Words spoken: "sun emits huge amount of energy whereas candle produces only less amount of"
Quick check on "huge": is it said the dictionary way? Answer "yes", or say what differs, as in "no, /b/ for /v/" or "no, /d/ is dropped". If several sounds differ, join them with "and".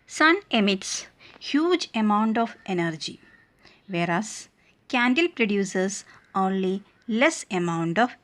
yes